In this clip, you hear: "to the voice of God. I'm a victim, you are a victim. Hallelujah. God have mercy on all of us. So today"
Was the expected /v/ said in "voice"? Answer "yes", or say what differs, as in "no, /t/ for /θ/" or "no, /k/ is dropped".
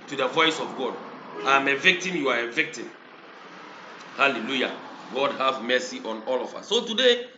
yes